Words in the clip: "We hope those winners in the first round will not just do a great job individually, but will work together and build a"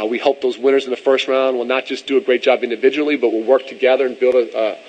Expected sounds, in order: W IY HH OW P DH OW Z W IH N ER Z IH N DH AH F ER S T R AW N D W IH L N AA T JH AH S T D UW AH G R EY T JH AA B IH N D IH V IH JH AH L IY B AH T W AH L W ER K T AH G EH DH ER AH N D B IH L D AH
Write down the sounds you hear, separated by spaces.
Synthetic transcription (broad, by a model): W IY HH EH P DH OW Z W IH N ER Z IH N DH AH F ER S T R AW N D W IH L N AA T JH AH S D AH G R EY T JH AA B IH N D IH V IH JH AH L IY B AH T W AH L W ER K T AH G EH DH ER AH N B IH L D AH